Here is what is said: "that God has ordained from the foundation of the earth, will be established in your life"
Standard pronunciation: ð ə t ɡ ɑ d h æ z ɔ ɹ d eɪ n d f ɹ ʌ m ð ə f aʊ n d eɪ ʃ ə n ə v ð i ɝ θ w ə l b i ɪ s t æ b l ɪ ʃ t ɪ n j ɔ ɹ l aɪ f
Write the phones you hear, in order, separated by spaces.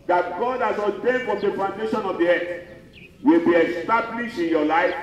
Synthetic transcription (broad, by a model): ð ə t ɡ ɑ d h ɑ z ɔ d eɪ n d f ɹ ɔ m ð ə p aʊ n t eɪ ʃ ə n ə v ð i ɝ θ w ə l b i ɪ s t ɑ b l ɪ ʃ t ɪ n j ɔ l aɪ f